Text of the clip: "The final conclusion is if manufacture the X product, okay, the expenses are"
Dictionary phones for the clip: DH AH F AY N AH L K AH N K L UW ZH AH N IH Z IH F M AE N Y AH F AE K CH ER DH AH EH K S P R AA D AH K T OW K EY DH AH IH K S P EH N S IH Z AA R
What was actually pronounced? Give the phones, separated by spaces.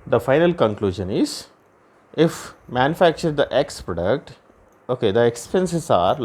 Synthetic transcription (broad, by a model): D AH F AY N AH L K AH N K L UW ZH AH N IH Z IH F M AE N Y AH F AE K CH ER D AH EH K S P R AA D AH K T OW K EY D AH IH K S P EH N S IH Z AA R